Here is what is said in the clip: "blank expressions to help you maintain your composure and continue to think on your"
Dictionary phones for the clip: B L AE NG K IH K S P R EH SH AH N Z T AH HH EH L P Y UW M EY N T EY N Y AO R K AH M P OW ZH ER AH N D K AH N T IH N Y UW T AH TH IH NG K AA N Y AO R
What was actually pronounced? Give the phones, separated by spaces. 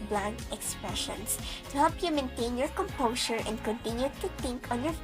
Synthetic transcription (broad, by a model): B L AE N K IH K S P R EH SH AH N S T AH HH EH L P Y UW M EY N T EY N Y AO R K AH M P OW S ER AH N D K AH N T IH N Y UW T AH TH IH NG K AA N Y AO R